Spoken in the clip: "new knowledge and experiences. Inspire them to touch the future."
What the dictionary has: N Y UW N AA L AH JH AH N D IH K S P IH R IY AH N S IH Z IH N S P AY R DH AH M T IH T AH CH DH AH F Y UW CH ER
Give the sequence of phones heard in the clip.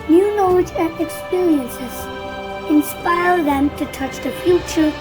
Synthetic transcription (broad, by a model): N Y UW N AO AH Z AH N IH K S P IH R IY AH N S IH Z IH N S P AY R DH AH M T IH T AH CH DH AH F Y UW CH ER